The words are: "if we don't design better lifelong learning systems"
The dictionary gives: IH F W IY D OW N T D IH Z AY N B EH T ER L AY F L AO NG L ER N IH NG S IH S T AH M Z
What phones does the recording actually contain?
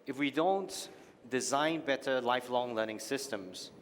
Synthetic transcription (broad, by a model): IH F W IY D OW N T D IH Z AY N B EH T ER L AY F L AO NG L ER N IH NG S IH S T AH M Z